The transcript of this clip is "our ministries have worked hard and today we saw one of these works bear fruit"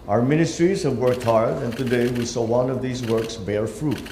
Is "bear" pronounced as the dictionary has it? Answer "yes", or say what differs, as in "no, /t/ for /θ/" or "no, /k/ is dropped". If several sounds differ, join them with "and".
yes